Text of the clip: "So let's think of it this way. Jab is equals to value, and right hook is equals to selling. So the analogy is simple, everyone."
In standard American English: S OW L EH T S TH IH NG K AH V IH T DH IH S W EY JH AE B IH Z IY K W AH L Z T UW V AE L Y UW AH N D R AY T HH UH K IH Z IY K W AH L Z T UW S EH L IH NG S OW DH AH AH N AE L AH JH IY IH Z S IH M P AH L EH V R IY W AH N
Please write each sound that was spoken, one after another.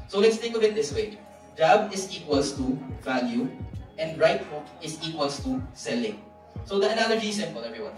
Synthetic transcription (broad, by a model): S OW L EH T S T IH K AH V IH T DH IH S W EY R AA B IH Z IY K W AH L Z T UW V AE L Y UW AH N D R AY T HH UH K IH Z IY K W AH L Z T UW S EH L IH NG S OW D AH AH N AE L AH JH IY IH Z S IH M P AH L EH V R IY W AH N